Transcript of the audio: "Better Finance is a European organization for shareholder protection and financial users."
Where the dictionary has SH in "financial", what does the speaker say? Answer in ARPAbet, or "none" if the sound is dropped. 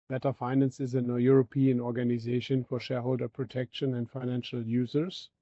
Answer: SH